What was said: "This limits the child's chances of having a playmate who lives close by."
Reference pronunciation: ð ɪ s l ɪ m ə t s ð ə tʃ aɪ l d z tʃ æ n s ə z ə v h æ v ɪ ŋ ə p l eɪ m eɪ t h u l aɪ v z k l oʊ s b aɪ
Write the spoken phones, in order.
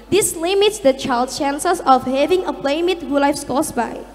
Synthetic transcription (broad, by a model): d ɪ s l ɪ m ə t s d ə tʃ aɪ l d tʃ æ n s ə s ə f h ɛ v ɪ ŋ ə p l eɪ m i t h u l aɪ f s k oʊ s b aɪ